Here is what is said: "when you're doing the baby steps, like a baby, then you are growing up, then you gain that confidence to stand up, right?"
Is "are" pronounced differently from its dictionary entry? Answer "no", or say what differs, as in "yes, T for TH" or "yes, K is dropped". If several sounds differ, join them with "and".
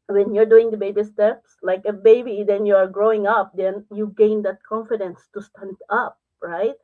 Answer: no